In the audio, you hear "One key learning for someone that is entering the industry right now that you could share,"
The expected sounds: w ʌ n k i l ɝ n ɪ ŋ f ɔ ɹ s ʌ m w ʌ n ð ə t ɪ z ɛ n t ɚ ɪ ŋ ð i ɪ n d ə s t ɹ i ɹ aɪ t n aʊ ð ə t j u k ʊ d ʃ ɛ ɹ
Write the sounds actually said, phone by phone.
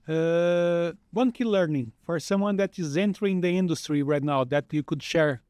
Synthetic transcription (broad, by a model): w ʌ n k i l ɝ n ɪ ŋ f ɔ ɹ s ʌ m w ʌ n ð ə t ɪ z ɛ n t ɚ ɪ ŋ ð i ɪ n d ə s t ɹ i ɹ aɪ t n aʊ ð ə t j u k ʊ d ʃ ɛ ɹ